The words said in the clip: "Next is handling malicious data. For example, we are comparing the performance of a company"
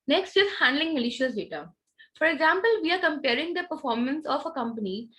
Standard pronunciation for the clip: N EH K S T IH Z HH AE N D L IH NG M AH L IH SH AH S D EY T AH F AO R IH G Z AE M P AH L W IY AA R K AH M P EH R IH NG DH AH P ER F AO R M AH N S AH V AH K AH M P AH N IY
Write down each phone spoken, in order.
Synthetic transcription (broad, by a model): N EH K S T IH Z HH AE N D L IH NG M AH L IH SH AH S D EY T AH F AO R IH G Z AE M P AH L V IY AA R K AH M P EH R IH NG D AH P ER F AO R M AH N S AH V AH K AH M P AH N IY